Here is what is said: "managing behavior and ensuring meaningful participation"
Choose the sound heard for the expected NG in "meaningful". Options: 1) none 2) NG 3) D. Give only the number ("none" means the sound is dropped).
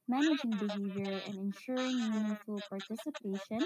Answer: 1